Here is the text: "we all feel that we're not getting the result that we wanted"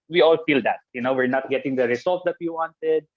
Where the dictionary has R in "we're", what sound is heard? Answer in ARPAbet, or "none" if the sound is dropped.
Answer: R